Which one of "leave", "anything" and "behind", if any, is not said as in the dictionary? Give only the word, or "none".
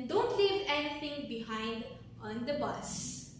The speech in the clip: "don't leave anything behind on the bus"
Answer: anything